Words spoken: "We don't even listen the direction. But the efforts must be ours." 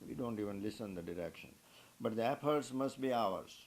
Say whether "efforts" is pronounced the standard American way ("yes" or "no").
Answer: no